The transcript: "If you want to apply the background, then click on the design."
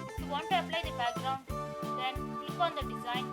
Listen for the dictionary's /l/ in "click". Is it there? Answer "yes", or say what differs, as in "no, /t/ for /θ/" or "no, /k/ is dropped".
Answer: no, /l/ is dropped